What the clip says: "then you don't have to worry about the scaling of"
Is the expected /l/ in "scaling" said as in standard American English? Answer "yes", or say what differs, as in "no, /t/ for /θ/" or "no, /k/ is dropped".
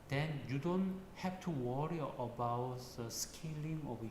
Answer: yes